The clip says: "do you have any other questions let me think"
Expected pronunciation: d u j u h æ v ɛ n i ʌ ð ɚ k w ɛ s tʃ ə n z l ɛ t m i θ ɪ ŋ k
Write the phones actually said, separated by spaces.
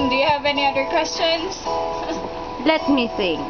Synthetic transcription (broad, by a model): d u j u h æ v ɛ n i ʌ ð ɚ k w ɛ s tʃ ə n s l ɛ t m i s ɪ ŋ